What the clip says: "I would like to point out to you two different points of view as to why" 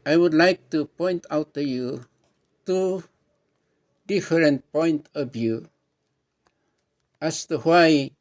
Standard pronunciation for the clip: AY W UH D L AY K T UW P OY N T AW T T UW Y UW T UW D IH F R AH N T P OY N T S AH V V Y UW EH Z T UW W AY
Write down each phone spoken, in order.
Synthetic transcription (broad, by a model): AY W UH D L AY K T UW P OY N T AW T T UW Y UW T UW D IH F R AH N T P OY N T AH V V Y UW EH S T UW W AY